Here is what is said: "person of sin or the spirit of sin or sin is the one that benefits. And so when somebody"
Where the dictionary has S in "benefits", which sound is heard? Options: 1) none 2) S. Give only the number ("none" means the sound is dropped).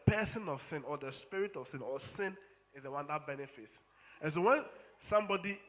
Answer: 2